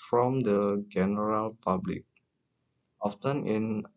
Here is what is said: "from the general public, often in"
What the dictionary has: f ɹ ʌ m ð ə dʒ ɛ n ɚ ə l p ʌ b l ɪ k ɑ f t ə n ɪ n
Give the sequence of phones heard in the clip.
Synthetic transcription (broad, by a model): f ɹ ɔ m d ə dʒ ɛ n ɚ ə l p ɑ b l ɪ k ɑ f t ə n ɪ n